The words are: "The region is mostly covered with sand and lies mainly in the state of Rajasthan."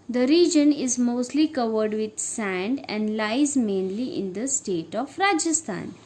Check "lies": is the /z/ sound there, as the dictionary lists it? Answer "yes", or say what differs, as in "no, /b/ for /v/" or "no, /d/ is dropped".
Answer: yes